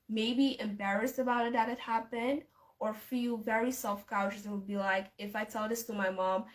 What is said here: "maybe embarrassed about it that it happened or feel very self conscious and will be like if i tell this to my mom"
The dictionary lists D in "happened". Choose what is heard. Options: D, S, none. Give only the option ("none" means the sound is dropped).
D